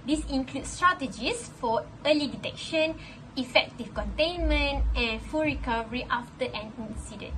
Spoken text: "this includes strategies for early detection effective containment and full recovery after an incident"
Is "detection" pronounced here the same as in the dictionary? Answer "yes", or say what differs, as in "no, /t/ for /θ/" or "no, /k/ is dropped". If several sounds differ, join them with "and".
yes